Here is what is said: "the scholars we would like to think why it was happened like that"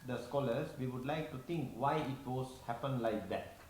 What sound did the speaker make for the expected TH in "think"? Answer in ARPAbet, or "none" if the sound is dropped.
T